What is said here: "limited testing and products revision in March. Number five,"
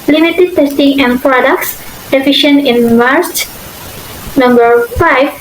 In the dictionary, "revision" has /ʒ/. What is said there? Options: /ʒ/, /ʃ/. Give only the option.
/ʃ/